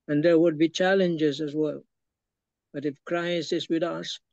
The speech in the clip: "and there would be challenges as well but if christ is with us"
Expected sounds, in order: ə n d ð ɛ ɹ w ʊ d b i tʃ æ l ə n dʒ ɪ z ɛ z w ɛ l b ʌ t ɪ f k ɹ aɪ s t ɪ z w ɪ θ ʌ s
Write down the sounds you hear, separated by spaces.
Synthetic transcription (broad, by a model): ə n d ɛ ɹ w ʊ d b i tʃ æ l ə n dʒ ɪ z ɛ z w ɛ l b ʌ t ɪ f k ɹ aɪ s ɪ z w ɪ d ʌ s